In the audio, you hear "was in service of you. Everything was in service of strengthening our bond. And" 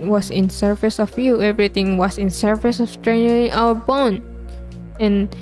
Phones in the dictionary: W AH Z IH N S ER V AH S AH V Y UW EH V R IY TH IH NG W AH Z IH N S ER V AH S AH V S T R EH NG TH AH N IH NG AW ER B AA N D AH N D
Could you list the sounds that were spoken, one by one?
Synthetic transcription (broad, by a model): W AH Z IH N S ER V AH S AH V Y UW EH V R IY T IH NG W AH S IH N S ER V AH S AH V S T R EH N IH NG AW ER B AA N AH N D